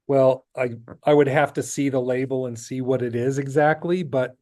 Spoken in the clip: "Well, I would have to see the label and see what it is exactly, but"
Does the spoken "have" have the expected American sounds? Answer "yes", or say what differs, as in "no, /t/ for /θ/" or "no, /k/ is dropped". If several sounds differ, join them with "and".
no, /f/ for /v/